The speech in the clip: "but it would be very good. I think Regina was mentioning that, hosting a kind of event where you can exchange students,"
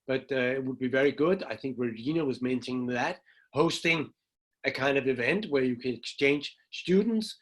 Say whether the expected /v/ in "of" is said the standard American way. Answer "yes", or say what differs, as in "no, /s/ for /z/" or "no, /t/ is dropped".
yes